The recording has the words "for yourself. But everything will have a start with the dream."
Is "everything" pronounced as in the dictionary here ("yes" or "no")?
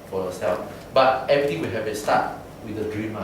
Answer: no